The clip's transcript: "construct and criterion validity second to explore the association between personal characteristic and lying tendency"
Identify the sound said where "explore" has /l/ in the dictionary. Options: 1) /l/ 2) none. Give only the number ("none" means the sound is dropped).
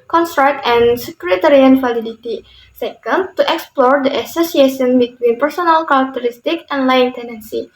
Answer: 1